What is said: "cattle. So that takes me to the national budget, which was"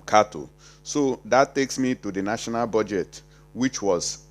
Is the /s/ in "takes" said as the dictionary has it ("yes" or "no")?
yes